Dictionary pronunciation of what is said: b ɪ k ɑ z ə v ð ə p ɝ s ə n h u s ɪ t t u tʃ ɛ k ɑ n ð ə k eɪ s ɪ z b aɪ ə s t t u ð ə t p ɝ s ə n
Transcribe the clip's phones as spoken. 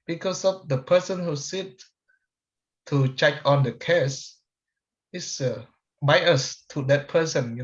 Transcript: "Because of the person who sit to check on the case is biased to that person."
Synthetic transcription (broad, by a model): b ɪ k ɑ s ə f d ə p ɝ s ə n h u s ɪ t t u tʃ ɛ k ɑ n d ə k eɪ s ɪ s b aɪ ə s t t u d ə t p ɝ s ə n